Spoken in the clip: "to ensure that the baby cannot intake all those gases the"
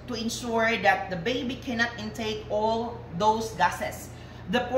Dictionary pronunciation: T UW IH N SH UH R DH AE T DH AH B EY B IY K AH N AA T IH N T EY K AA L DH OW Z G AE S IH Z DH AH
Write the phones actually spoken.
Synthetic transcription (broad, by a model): T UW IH N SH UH R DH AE T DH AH B EY B IY K AH N AA T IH N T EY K AA L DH OW S G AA S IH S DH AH